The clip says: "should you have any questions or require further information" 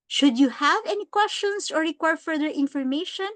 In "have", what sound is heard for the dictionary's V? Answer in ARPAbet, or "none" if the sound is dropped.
V